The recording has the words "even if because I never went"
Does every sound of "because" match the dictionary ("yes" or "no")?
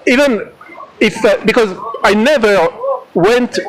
yes